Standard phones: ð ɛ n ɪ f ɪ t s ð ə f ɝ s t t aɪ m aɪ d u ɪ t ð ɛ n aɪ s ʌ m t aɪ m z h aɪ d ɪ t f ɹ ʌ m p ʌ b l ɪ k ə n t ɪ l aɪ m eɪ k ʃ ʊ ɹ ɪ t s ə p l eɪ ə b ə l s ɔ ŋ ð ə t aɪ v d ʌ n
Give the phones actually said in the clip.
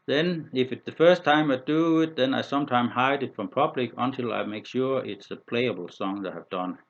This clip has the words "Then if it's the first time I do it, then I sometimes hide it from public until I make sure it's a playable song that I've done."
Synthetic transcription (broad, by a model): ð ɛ n ɪ f ɪ t s ð ə f ɝ s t t aɪ m aɪ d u ɪ t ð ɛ n aɪ s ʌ m t aɪ m h aɪ d ɪ t f ɹ ʌ m p ʌ b l ɪ k ə n t ɪ l aɪ m eɪ k ʃ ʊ ɹ ɪ t s ə p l eɪ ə b l s ɔ ŋ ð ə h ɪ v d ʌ n